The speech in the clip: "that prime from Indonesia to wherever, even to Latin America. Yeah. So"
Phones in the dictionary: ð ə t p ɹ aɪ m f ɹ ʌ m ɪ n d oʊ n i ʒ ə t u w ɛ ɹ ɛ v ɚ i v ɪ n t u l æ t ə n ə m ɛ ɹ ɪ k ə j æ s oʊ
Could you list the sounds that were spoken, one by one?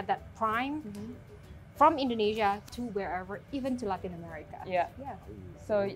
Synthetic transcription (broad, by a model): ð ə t p ɹ aɪ m f ɹ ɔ m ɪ n d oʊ n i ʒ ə t u w ɛ ɹ ɛ v ɚ i v ɪ n t u l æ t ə n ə m ɛ ɹ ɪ k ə j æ s oʊ